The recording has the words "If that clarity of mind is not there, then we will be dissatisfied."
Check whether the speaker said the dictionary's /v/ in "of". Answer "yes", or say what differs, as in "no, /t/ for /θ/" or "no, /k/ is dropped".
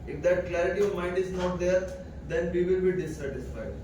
yes